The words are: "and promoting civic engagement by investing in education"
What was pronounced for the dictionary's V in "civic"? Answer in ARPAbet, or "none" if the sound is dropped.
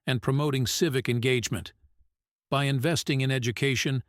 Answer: V